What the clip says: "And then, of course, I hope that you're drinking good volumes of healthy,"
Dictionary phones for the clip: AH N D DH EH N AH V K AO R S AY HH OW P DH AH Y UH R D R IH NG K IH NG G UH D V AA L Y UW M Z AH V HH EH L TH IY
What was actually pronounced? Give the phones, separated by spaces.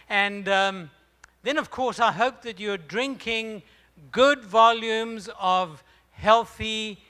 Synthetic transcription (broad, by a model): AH N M DH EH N AH V K AO R S AY HH OW P DH AH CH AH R D R IH NG K IH NG G UH D V AA L Y UW M Z AH V HH EH L TH IY